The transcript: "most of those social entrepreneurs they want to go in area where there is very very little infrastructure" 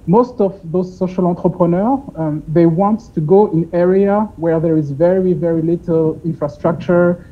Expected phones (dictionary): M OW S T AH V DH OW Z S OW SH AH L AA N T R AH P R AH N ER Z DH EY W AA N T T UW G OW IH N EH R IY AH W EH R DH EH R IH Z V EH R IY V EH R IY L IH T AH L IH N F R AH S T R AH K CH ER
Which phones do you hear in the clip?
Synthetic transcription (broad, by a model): M OW S T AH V DH OW Z S OW SH AH L AA T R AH P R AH N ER DH EY W AA N T T UW G OW IH N EH R IY AH W EH R DH EH R IH Z V EH R IY V EH R IY L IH T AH L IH N F R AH S T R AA K CH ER